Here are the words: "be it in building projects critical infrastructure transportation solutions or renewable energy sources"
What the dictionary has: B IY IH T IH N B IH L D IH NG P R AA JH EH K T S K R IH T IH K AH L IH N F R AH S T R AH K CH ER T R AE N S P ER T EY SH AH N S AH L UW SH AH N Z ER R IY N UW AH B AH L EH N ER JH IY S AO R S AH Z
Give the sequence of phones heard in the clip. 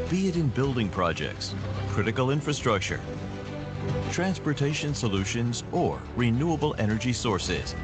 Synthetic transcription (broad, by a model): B IY IH T IH N B IH L D IH NG P R AA JH EH K T S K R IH T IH K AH L IH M F R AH S T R AH K CH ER T R AE N S P ER T EY SH AH N S AH L UW SH AH N Z ER R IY N UW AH B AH L EH N ER JH IY S AO R S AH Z